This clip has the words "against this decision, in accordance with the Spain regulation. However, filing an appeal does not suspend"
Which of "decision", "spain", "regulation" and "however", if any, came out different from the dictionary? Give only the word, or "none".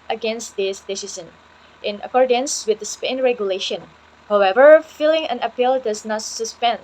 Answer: decision